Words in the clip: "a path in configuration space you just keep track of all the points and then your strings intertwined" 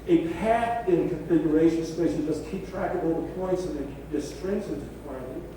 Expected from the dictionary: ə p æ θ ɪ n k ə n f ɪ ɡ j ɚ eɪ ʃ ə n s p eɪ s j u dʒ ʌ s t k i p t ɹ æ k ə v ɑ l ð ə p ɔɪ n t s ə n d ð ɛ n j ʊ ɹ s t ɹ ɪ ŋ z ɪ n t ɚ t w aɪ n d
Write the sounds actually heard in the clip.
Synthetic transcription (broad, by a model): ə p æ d ɪ n k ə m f ɪ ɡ j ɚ eɪ ʃ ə n s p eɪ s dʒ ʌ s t k i p t ɹ æ k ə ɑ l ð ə p ɔɪ n t s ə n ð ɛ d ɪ s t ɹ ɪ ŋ s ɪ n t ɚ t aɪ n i